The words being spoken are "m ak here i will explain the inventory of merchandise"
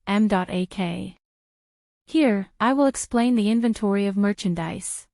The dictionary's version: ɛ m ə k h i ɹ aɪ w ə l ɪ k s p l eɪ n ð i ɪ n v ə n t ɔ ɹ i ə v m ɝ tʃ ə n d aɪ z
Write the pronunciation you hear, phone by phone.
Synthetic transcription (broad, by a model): ɛ m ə k h i ɹ aɪ w ə l ɪ k s p l eɪ n ð i ɪ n v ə n t ɔ ɹ i ə v m ɝ tʃ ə n d aɪ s